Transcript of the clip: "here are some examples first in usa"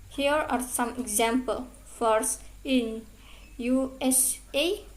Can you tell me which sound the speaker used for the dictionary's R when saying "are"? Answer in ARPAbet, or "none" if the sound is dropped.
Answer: R